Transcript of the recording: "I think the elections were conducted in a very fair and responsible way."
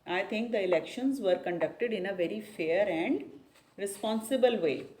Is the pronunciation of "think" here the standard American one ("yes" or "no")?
no